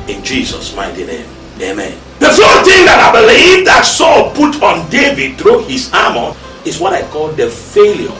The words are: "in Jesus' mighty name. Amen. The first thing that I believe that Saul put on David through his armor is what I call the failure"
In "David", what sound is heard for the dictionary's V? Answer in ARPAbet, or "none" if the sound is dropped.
V